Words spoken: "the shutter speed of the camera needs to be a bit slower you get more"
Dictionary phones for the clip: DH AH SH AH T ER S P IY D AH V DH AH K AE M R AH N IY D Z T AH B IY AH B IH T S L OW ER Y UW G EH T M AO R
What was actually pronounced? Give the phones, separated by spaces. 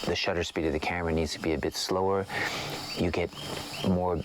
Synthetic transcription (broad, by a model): DH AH SH AH T ER S P IY D AH V DH AH K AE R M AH N IY D Z T AH B IY AH B IH T S L OW ER Y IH G EH T M AO R